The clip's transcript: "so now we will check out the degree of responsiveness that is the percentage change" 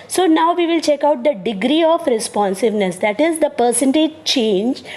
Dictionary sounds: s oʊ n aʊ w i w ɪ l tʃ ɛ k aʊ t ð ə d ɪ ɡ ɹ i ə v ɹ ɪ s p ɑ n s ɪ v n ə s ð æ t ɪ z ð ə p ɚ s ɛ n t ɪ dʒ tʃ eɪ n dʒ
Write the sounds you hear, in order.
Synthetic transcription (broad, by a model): s oʊ n aʊ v i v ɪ l tʃ ɛ k aʊ t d ə d ɪ ɡ ɹ i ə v ɹ ɪ s p ɑ n s ɪ v n ə s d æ t ɪ z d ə p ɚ s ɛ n t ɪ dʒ tʃ eɪ n dʒ